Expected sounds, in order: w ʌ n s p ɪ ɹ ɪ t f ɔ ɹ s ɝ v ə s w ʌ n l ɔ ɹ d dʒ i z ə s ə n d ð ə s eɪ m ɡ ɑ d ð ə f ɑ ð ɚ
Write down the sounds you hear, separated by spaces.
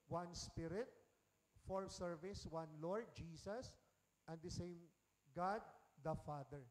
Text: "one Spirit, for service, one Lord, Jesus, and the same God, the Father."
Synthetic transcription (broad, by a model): w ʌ n s p ɪ ɹ ɪ t f ɔ ɹ s ɝ v ə s w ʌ n l ɔ ɹ d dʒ i s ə s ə n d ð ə s eɪ m ɡ ɑ d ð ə f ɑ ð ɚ